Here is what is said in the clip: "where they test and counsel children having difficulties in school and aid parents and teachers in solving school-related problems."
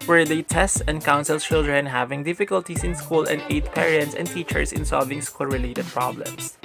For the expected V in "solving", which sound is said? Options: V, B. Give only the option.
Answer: V